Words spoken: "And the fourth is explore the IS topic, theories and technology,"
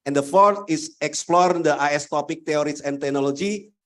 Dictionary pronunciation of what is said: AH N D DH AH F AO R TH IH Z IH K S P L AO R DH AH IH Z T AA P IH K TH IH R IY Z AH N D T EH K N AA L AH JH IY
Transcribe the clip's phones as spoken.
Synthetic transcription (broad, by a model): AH N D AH F AO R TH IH S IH K S P L AO R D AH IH S T AA P IH K T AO R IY S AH N T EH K N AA L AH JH IY